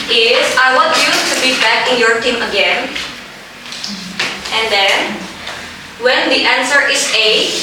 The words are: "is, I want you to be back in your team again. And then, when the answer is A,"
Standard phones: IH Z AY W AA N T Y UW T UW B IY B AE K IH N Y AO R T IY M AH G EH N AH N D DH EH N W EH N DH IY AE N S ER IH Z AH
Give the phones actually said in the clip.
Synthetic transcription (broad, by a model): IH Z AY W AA T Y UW T UW B IY B AE K IH N Y AO R T IY M AH G EH N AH N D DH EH N W EH N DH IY AE N S ER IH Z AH